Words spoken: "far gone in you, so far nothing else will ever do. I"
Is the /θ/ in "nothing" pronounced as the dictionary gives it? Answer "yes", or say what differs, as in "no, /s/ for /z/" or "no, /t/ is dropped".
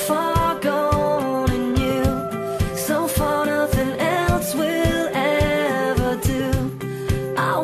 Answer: yes